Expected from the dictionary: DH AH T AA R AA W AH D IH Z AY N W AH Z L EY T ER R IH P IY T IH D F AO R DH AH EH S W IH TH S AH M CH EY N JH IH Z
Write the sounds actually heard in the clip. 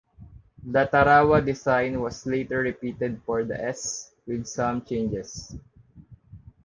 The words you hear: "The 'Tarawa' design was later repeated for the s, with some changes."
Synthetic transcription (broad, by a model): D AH T AA R AA W AH D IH S AY N W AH S L EY T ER R IH P IY T IH D F AO R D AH EH S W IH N S AH M CH EY N JH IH S